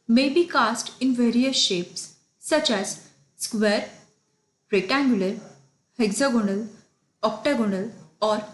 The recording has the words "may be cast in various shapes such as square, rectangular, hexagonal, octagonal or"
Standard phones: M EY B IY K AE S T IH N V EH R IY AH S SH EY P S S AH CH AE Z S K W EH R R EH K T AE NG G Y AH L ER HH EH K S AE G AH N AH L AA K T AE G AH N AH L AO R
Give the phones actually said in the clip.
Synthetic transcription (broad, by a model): M EY B IY K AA S T IH N V EH R IY AH S SH EY P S S AH CH AE Z S K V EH R R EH T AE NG G Y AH L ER HH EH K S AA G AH N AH L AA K T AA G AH N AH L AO R